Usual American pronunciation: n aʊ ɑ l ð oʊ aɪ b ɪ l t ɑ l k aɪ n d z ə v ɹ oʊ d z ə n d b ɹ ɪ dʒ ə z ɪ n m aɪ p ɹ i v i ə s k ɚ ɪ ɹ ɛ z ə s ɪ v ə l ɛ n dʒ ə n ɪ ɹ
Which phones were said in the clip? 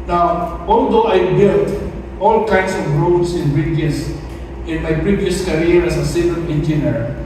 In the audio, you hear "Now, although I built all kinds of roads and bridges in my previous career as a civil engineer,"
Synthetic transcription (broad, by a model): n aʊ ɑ l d oʊ aɪ b ɪ l t ɑ l k aɪ n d s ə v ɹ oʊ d s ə n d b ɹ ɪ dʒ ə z ɪ n m aɪ p ɹ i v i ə s k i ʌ ɹ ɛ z ə s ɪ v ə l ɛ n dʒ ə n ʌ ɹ